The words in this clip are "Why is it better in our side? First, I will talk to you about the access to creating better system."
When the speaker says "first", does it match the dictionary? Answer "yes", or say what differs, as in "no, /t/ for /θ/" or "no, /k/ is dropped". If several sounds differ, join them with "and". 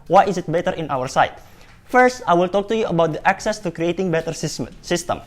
yes